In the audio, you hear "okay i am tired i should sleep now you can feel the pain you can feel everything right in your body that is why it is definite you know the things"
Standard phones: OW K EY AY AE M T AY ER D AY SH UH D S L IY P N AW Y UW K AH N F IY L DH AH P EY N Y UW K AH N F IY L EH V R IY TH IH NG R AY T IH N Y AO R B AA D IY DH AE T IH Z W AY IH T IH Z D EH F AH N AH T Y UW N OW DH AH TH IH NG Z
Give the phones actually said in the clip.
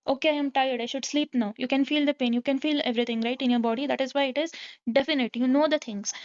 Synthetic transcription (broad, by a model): OW K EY AY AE M T AY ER D AY SH UH D S L IY P N AW Y UW K AH N F IY L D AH P EY N Y UW K AH N F IY L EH V R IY T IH NG R AY T IH N Y AO R B AA D IY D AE T IH Z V AY IH T IH Z D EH F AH N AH T Y UW N OW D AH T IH NG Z